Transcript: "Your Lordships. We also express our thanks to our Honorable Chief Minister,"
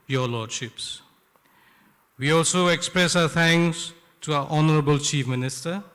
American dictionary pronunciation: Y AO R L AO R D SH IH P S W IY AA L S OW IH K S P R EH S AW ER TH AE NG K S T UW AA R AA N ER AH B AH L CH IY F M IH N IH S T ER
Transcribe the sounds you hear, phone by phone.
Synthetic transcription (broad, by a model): Y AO L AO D SH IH P S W IY AA L S OW IH K S P R EH S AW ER T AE NG K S T UW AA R AA N ER AH B AH L CH IY F M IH N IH S T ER